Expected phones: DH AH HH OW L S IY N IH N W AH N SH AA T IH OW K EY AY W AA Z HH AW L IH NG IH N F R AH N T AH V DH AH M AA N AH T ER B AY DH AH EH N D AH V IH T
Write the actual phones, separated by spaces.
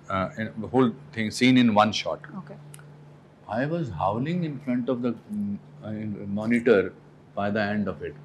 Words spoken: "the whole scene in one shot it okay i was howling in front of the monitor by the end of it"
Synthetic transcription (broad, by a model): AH HH OW L S IY N IH N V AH N SH AA T OW K EY AY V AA Z HH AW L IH NG IH N F R AH N T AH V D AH M AA N AH T ER B AY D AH EH N D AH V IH T